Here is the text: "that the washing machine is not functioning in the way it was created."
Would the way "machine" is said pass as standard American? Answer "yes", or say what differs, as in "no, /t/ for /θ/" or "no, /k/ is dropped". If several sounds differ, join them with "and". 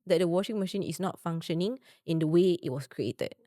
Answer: yes